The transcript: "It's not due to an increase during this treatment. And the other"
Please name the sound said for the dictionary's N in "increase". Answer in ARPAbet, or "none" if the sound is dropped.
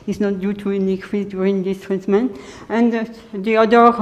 none